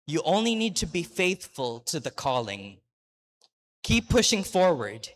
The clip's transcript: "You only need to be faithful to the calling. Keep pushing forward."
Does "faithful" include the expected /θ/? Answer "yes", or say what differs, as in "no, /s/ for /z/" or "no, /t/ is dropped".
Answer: yes